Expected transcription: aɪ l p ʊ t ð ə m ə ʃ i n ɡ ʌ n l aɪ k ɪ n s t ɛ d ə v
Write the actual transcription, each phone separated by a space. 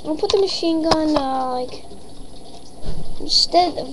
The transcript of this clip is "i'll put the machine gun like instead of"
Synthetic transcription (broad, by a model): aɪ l p ʊ t ð ə m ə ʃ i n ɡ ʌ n l aɪ k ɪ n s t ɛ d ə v